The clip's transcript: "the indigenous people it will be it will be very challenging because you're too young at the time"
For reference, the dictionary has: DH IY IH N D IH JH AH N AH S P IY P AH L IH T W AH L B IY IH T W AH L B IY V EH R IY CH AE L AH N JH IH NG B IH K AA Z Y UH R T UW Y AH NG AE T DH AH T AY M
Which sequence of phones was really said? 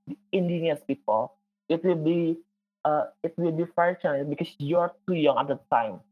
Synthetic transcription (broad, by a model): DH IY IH N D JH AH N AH S P IY P AH L IH T W AH L B IY IH T W AH L B IY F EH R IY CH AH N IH B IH K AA S Y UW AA T UW Y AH NG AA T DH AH T AY M